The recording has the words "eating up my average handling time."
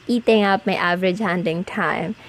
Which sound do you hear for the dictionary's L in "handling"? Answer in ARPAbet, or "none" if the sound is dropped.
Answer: none